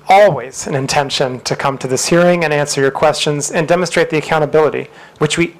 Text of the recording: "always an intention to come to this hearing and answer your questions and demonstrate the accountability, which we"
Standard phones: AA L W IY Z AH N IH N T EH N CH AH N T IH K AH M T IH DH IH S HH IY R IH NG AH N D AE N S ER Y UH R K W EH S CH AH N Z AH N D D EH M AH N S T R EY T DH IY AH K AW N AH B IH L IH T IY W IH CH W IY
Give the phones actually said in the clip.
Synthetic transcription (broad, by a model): AA L W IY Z AH N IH N T EH N SH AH N T IH K AH M T IH DH IH S HH IY R IH NG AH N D AE N S ER Y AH R K W EH S CH AH N Z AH N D D EH M AH N S T R EY T DH IY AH K AW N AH B IH L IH T IY W IH CH W IY